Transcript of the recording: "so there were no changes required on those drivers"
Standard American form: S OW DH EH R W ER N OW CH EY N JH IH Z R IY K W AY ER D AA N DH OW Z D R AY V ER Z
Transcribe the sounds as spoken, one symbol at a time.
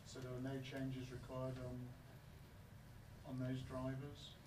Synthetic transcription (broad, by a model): S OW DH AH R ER N OW CH EY N JH IH Z R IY K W AY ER D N N DH OW Z D R AY V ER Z